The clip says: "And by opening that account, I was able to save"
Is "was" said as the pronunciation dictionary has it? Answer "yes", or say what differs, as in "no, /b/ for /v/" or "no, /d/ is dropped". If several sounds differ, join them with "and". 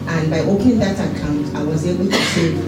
yes